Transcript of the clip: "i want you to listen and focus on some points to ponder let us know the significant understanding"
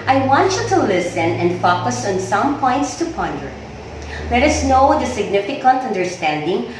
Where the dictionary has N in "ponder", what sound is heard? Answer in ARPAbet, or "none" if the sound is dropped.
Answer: N